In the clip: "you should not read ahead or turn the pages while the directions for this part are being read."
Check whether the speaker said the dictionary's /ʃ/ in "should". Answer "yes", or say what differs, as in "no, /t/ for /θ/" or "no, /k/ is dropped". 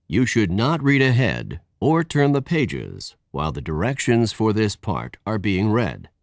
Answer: yes